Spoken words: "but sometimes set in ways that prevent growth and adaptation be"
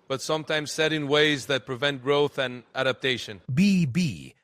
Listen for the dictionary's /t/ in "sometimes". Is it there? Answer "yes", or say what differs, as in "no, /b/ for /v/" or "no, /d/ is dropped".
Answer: yes